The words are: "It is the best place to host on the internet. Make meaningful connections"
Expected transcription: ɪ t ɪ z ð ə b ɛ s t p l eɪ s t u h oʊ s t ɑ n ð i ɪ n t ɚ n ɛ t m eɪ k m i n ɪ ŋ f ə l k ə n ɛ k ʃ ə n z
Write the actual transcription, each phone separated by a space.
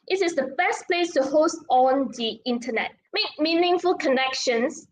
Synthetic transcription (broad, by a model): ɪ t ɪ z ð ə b ɛ s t p l eɪ s t u h oʊ s t ɑ n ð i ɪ n t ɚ n ɛ t m eɪ k m i n ɪ ŋ f ə l k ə n ɛ k ʃ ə n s